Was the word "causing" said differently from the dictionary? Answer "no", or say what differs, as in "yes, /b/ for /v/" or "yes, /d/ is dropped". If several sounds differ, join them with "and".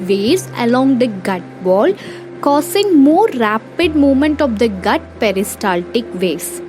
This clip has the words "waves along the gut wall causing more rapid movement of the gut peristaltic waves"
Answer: yes, /s/ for /z/